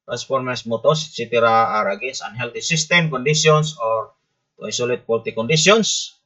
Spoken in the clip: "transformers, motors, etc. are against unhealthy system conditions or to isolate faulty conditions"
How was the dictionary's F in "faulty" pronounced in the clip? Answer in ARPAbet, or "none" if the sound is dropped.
P